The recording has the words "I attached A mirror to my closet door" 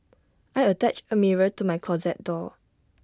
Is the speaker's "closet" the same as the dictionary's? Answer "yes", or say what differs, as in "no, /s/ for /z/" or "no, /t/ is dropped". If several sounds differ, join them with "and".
yes